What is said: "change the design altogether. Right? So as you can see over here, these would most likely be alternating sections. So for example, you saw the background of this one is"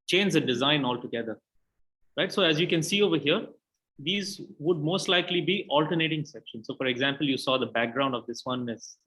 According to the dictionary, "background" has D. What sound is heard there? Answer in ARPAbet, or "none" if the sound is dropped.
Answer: D